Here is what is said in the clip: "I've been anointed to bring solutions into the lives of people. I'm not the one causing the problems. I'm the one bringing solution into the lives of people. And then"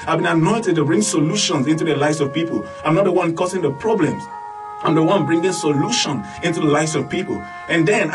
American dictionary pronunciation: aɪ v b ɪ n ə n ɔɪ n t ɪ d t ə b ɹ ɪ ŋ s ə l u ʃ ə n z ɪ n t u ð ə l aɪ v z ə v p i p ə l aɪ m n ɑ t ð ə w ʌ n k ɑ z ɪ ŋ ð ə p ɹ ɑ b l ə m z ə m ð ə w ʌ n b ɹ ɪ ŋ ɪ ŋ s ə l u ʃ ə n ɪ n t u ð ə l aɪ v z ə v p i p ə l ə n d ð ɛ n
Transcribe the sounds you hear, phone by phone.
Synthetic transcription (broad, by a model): aɪ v b ɪ n ə n ɔɪ n t ɪ d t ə b ɹ ɪ ŋ s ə l u ʃ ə n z ɪ n t u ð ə l aɪ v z ə v p i p ə l aɪ m n ɑ t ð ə w ʌ n k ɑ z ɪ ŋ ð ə p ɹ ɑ b l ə m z ə m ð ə w ʌ n b ɹ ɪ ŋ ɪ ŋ s ə l u ʃ ə n ɪ n t u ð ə l aɪ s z ə v p i p ə l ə n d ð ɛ n